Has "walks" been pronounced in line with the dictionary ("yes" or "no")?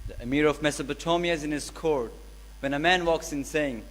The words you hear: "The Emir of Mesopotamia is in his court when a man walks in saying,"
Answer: yes